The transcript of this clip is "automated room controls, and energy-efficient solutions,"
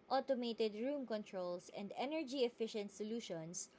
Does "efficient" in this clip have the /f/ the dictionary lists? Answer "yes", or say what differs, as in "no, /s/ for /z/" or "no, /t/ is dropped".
yes